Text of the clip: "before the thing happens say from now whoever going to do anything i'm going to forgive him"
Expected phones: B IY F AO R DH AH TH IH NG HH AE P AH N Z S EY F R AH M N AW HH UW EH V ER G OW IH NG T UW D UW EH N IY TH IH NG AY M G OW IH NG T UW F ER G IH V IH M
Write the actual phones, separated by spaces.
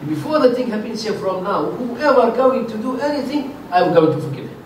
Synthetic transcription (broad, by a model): B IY F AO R DH AH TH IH NG HH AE B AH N S EY F R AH M N AW HH UW EH V ER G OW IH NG T UW D UW EH N IY TH IH NG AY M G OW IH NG T UW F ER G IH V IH